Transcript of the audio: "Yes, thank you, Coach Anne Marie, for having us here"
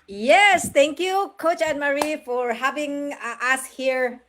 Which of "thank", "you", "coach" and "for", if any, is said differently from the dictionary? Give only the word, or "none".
thank